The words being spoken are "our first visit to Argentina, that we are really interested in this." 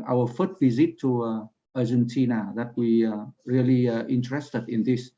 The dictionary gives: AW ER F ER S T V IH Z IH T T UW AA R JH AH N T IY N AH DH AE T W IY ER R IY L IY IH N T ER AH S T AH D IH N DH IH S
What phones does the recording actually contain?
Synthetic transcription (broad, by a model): AW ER F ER T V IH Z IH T T UW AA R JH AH N T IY N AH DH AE T W IY R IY L IY IH N T ER AH S T AH D IH N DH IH S